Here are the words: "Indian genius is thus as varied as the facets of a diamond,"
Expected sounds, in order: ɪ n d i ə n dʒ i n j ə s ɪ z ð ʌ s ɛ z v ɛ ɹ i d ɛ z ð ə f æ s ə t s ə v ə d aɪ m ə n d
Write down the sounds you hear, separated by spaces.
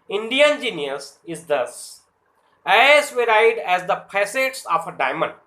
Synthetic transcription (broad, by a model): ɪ n d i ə n dʒ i n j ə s ɪ z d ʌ s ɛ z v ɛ ɹ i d ɛ z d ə p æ s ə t s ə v ə d aɪ m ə n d